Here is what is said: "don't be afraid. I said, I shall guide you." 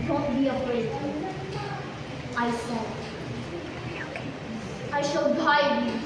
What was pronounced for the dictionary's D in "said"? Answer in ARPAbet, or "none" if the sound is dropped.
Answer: none